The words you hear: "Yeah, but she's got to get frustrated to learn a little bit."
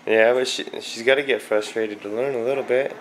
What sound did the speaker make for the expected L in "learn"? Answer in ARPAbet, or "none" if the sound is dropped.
N